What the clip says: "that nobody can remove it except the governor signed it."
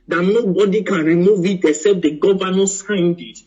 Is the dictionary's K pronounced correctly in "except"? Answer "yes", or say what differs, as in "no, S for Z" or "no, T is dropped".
no, K is dropped